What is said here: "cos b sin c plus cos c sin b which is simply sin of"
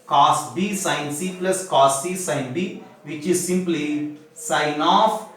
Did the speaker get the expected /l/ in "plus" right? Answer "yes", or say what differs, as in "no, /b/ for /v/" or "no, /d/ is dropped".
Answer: yes